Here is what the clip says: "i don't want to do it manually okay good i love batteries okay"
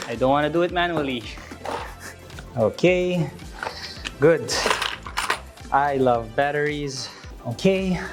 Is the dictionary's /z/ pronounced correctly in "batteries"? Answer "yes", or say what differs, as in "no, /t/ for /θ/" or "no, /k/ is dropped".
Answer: yes